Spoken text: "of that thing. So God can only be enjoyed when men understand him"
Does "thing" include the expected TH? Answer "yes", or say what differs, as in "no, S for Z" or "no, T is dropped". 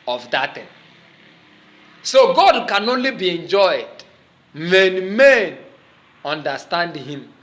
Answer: no, T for TH